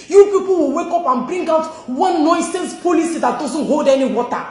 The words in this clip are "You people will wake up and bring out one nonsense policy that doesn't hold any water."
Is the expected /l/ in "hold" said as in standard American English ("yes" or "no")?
yes